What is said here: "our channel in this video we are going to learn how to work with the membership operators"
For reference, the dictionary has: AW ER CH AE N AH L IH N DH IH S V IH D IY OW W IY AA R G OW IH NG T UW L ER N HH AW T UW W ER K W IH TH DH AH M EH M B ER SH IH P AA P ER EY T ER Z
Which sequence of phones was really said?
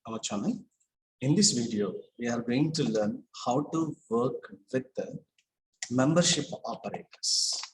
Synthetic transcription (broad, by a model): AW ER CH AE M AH N IH N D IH S V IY D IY OW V IY AA R G OW IH NG T UW L ER N HH AW T UW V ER K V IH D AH M EH M B ER SH IH P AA P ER EY T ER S